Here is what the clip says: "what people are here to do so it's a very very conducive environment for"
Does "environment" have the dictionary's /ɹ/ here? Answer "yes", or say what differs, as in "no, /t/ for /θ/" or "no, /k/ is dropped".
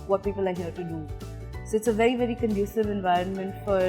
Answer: yes